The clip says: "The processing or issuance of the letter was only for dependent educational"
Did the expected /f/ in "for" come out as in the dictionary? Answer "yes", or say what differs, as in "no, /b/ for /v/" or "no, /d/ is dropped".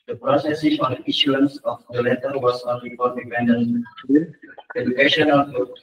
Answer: no, /p/ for /f/